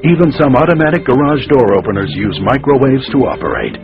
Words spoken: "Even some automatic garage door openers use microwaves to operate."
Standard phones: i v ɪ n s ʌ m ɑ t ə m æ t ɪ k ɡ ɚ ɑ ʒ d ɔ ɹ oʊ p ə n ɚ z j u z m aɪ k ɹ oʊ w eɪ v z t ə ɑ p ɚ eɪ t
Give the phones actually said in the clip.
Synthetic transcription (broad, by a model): i v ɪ n s ʌ m ɑ t ə m æ t ɪ k ɡ ɚ ɑ ʒ d ɔ ɹ oʊ p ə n ɚ z j u z m aɪ k ɹ oʊ w eɪ v z t ə ɑ p ɚ eɪ t